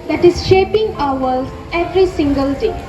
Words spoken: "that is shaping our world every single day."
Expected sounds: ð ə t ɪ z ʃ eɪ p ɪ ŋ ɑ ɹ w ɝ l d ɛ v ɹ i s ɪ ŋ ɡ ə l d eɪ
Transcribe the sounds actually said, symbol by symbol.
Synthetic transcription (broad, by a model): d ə t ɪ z ʃ eɪ p ɪ ŋ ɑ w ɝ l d ɛ v ɹ i s ɪ ŋ ɡ ə l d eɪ